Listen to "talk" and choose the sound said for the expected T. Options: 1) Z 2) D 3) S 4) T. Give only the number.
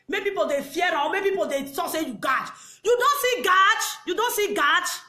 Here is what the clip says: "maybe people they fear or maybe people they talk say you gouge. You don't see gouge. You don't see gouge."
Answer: 3